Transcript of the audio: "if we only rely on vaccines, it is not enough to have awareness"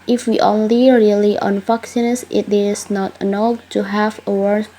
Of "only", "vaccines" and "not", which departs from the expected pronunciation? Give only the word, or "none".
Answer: vaccines